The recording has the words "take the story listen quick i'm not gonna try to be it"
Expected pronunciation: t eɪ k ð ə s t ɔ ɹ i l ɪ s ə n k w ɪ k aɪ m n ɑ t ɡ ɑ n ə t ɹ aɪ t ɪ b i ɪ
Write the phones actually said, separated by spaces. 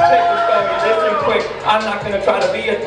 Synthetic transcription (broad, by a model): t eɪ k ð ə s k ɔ i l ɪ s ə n k w ɪ k aɪ m n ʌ t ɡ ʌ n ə t ɹ aɪ t ɪ b i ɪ